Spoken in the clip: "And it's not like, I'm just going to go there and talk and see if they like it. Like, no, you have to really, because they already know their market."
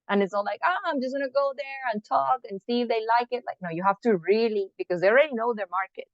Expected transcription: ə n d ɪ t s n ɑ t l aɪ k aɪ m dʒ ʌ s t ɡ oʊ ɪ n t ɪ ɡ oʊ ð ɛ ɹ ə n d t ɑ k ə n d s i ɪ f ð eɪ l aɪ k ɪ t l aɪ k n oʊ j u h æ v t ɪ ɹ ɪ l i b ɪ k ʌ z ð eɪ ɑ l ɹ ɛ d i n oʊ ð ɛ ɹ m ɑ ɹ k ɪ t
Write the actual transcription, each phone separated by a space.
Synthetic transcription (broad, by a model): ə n ɪ t s ɑ l aɪ k aɪ m dʒ ʌ s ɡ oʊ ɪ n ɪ ɡ oʊ ð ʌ ɹ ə n t ɑ k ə n s i ɪ f ð eɪ l aɪ k ɪ t l aɪ k n oʊ j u h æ f t ɪ ɹ ɪ l i b ɪ k ʌ z ð eɪ ɑ l ɹ ɛ d i n oʊ ð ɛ ɹ m ɑ ɹ k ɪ t